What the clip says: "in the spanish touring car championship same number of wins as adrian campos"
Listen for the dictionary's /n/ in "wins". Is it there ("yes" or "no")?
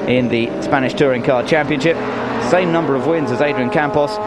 yes